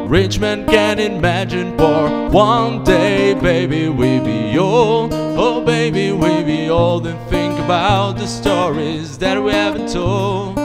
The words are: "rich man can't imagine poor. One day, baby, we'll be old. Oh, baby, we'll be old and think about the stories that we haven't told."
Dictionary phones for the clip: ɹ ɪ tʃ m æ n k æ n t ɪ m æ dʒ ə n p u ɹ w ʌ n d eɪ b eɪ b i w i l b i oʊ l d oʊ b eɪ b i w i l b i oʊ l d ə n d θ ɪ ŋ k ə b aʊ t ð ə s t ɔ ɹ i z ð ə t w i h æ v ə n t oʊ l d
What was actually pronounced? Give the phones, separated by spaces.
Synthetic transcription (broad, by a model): ɹ ɪ tʃ m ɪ n k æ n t ɪ m æ dʒ ə n f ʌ ɹ w ʌ n d eɪ b eɪ b i w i b i oʊ l d oʊ b eɪ b i w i b i oʊ l d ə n θ ɪ ŋ k ə b aʊ t ð ə s t ɔ ɹ i z ð ə t w i h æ v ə n t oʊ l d